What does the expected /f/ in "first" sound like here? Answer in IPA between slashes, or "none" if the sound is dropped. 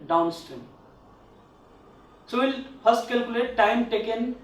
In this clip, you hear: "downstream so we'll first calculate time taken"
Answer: /p/